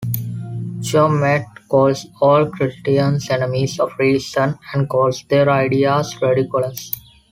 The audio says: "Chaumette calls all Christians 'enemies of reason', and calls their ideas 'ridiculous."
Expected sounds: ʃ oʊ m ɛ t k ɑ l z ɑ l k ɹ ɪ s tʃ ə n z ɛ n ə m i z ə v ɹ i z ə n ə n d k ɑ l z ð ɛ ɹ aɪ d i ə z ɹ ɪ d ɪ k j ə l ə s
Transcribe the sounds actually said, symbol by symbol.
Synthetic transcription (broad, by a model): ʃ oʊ m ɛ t k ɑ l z ɑ l k ɹ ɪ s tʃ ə n s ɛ n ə m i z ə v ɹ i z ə n ə n d k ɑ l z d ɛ ɹ aɪ d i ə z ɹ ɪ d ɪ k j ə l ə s